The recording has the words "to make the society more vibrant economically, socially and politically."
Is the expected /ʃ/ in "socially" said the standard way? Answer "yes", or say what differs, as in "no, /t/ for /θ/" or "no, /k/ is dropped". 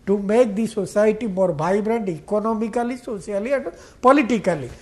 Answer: no, /s/ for /ʃ/